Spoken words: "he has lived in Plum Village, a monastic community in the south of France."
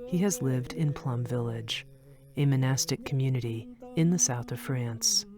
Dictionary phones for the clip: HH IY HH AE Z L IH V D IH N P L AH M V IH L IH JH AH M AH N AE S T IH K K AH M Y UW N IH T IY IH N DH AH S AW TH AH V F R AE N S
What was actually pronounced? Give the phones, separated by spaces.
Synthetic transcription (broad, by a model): HH IY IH Z L IH V D IH N P L AH M V IH L IH JH AH M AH N AE S T IH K K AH M Y UW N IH T IY IH N DH AH S AW TH AH V F R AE N S